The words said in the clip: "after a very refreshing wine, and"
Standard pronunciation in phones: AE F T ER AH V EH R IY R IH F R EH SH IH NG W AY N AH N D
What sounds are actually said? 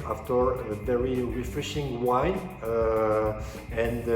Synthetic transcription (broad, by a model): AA F T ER AH V EH R IY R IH F R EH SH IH NG W AY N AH N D